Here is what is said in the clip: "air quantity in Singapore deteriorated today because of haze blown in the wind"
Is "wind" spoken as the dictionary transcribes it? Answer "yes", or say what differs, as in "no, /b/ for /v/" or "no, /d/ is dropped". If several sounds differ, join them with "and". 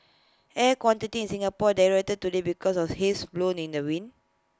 no, /d/ is dropped